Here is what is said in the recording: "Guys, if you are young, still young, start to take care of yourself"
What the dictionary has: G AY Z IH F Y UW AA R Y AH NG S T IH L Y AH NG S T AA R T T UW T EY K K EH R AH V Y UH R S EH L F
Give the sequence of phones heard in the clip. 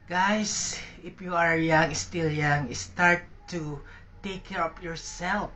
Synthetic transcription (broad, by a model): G AY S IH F Y UW AA R Y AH NG S T IH L Y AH NG S T AA R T T UW T EY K K EH R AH P Y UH R S EH L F